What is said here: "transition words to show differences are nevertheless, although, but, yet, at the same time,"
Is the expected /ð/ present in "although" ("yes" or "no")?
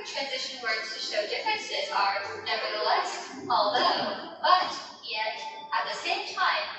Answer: yes